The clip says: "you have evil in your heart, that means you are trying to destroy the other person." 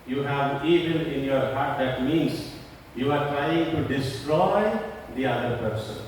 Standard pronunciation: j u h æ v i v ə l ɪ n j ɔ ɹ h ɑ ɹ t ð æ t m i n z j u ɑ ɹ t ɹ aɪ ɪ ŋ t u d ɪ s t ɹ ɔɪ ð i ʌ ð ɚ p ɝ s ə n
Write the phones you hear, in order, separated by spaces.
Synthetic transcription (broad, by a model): j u h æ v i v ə n ɪ n j ɔ ɹ h ɑ ɹ t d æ t m i n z j u ɑ ɹ t ɹ aɪ ɪ ŋ t u d ɪ s t ɹ ɔɪ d i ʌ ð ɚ p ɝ s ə n